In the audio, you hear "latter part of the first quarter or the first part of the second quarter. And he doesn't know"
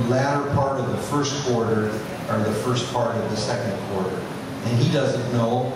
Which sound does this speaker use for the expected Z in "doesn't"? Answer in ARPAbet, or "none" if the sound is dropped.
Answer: Z